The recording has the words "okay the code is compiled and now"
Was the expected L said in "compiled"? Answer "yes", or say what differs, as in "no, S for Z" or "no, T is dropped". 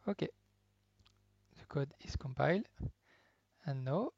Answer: yes